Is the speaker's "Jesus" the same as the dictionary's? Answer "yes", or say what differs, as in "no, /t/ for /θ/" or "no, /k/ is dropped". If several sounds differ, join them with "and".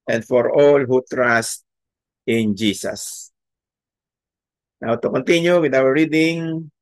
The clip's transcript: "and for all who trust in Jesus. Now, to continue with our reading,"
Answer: no, /s/ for /z/